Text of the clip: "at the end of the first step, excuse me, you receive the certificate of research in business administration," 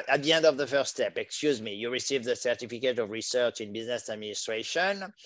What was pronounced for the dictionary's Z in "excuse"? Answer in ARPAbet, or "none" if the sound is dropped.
Z